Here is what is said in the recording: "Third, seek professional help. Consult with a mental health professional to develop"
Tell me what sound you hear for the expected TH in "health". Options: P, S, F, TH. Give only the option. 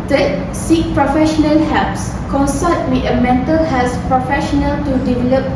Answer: S